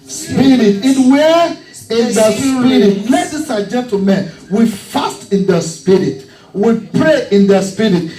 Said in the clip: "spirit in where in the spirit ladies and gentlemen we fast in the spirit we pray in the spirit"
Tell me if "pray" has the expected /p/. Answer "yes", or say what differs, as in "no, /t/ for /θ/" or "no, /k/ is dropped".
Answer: yes